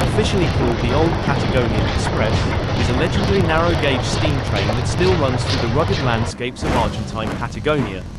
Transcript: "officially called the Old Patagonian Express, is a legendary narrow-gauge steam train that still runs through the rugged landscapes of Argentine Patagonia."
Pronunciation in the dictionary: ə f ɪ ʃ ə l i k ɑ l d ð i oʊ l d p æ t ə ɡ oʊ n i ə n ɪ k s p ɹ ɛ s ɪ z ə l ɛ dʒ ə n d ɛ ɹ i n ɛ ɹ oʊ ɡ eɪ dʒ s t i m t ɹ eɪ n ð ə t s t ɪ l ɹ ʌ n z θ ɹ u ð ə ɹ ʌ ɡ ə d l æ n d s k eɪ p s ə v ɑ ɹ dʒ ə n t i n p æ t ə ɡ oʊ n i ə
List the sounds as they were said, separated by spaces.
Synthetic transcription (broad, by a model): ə f ɪ ʃ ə l i k ɑ l d ð i oʊ l d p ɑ t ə ɡ oʊ n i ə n ɪ k s p ɹ ɛ s ɪ z ə l ɛ dʒ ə d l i n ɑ ɹ oʊ ɡ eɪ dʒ s t i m t ɹ eɪ n ð ə t s t ɪ l ɹ ʌ n z θ ɹ u ð ə ɹ ʌ ɡ ə d l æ n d s k eɪ p s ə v ɑ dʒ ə n t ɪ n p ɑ t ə ɡ oʊ n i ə